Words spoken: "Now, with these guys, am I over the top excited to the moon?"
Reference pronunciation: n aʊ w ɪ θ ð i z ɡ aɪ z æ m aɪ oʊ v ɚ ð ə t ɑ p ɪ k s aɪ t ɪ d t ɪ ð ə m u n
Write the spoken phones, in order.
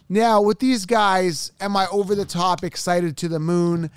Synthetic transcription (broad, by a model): n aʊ w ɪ ð i z ɡ aɪ z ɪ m aɪ oʊ v ɚ ð ə t ɑ p ɪ k s aɪ t ɪ d t ɪ ð ə m u n